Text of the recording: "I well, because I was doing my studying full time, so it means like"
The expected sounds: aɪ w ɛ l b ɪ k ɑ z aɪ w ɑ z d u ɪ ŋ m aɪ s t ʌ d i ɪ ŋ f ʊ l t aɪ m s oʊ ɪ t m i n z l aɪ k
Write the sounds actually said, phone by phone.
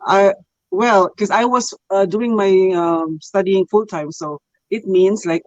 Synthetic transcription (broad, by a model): aɪ w ɛ l k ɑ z aɪ w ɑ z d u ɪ ŋ m aɪ s t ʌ d i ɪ ŋ f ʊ l t aɪ m s oʊ ɪ t m i n s l aɪ k